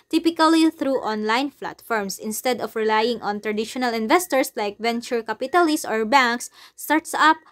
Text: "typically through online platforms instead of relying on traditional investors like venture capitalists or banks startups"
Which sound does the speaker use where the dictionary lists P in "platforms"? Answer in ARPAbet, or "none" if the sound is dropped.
F